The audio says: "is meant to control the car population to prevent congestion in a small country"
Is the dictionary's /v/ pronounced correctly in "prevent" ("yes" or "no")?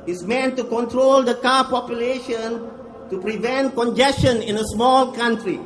yes